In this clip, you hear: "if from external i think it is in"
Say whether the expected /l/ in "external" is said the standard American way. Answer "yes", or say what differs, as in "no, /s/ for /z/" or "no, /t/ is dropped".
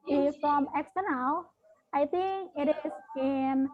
no, /w/ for /l/